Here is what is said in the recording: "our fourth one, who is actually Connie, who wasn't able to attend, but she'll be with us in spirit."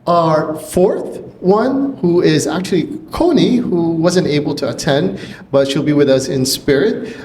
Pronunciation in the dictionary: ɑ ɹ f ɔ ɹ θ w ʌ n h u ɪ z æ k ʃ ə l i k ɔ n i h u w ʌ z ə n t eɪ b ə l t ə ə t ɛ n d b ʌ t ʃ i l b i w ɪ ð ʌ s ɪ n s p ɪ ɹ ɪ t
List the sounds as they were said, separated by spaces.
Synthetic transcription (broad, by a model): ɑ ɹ f ɔ ɹ θ w ʌ n h u ɪ z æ k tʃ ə l i k ɔ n i h u w ʌ z ə n t eɪ b l t ə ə t ɛ n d b ʌ t ʃ i l b i w ɪ ð ʌ s ɪ n s p ɪ ɹ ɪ t